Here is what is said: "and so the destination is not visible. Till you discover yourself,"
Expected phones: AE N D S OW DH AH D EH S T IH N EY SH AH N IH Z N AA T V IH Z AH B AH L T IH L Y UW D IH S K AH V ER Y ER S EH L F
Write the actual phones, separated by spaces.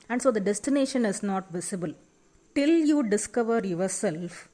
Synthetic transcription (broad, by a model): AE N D S OW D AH D EH S T IH N EY SH AH N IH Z N AA T V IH S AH B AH L T IH L Y UW D IH S K AH V ER Y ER S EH L F